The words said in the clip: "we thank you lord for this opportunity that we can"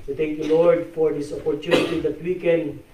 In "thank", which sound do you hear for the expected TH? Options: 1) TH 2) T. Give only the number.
2